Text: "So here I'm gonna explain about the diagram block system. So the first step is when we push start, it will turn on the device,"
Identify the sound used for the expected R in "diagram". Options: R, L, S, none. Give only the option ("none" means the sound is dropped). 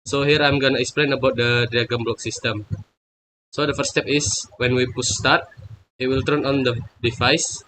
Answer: none